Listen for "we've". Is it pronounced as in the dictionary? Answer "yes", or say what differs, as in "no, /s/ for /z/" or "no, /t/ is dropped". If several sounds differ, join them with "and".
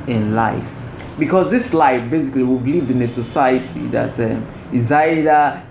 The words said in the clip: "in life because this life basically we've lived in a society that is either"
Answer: no, /b/ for /v/